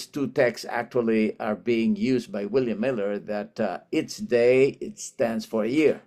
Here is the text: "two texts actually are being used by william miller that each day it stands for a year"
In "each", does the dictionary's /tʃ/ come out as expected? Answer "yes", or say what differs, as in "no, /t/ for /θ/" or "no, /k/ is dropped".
no, /s/ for /tʃ/